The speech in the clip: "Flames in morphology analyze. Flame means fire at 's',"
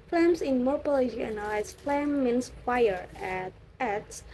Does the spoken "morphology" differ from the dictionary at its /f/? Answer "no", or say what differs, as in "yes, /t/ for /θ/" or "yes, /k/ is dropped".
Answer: yes, /p/ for /f/